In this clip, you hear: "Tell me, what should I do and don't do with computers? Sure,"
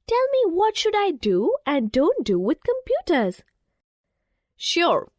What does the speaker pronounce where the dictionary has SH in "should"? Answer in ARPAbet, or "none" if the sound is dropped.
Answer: SH